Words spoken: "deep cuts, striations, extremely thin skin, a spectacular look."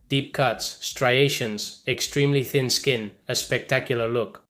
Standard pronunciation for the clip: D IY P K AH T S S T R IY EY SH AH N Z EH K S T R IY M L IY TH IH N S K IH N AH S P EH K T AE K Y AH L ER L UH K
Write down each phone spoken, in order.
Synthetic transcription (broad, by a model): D IY P K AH T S S T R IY EY SH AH N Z EH K S T R IY M L IY TH IH N S K IH N AH S P EH K T AE K Y AH L ER L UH K